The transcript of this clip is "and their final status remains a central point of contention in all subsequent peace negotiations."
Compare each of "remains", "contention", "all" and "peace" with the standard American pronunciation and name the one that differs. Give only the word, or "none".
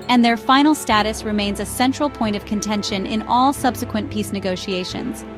none